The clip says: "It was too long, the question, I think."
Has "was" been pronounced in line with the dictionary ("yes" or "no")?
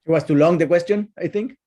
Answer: no